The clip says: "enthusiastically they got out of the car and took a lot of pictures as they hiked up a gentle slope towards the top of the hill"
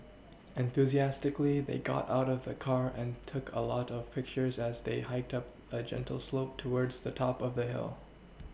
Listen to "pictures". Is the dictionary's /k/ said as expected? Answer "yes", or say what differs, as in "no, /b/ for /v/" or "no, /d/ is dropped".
yes